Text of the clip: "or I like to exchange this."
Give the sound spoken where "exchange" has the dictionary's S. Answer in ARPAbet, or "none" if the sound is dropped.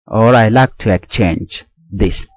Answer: none